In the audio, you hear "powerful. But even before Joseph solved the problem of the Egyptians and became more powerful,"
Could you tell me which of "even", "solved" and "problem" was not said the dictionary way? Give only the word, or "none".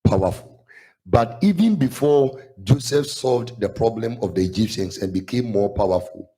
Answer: none